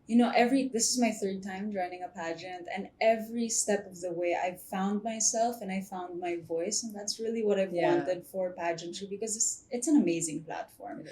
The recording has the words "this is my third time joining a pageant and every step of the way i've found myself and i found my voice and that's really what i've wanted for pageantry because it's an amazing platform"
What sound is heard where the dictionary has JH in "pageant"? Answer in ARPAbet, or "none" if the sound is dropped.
JH